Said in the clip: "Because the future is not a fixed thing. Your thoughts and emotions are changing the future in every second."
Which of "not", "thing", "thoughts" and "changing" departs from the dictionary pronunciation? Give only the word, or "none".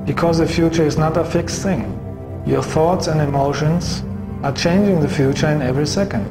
none